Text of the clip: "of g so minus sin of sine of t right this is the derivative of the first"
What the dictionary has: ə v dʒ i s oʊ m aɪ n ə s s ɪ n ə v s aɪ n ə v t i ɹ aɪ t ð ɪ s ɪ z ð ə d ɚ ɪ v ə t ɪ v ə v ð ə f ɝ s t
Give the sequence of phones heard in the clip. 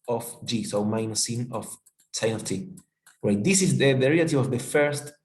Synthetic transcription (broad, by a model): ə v dʒ i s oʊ m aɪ ə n s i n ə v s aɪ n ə t i w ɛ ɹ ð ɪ s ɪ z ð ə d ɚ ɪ ə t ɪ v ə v ð ə f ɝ s t